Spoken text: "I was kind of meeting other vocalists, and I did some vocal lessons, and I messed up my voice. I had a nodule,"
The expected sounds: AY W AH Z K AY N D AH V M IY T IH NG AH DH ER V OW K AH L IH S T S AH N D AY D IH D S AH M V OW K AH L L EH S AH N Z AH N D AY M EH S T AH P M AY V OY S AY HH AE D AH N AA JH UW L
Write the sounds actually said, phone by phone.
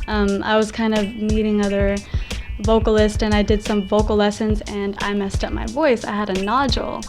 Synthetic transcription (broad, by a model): AY W AH Z K AY N D AH V M IY T IH NG AH DH ER V OW K L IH S T AH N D AY D IH D S AH M V OW K L L EH S AH N Z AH N AY M EH S T AH P M AY V OY S AY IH D AH N AA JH L